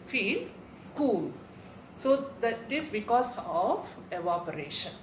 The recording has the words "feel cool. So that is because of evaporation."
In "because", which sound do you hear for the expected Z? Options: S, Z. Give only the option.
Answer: S